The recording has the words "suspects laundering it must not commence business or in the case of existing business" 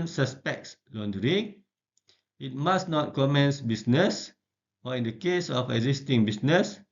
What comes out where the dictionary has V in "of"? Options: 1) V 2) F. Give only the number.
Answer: 2